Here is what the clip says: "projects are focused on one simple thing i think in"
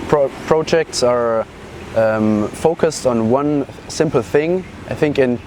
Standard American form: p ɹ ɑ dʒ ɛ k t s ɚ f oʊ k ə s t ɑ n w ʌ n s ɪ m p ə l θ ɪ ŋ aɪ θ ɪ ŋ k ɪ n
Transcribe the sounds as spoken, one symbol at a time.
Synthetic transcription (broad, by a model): p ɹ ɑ dʒ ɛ k t s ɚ f oʊ k ə s t n w ʌ n s ɪ m p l θ ɪ ŋ aɪ θ ɪ ŋ k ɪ n